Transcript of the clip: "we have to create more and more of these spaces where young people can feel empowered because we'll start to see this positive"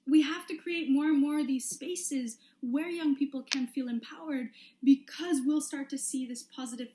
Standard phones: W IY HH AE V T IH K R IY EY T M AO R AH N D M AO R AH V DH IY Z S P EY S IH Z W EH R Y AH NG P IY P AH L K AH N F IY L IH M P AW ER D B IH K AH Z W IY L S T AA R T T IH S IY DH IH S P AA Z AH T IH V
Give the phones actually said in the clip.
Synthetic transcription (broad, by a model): W IY HH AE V T IH K R IY EY T M AO R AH N M AO R AH V DH IY Z S P EY S IH Z W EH R Y AH NG P IY P L K AH N F IY L IH M P AW ER D B IH K AH Z W IY L S T AA R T T IH S IY DH IH S P AA Z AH T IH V